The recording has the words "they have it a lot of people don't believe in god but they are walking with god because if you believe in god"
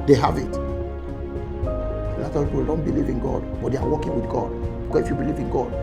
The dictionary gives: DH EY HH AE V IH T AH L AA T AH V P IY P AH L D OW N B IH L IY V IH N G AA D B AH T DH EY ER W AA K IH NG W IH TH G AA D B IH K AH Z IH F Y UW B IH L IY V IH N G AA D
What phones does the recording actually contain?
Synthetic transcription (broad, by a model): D EY HH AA V IH T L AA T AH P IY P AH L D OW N B IH L IY V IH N G AA D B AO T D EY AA W AA K IH NG W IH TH G AA D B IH AH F Y UW B IH L IY V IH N G AA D